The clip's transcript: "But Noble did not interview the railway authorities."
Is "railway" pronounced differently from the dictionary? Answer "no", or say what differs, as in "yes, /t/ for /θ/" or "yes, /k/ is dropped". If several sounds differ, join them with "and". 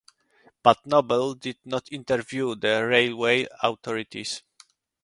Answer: no